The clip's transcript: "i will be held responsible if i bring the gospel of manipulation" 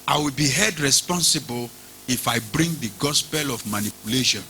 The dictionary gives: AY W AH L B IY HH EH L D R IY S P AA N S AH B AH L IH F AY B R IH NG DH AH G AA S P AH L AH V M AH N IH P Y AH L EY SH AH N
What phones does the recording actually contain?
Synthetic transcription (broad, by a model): AY W AH L B IY HH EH D R IY S P AA N S AH B AH L IH F AY B R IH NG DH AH G AA S P AH L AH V M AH N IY P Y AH L EY SH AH N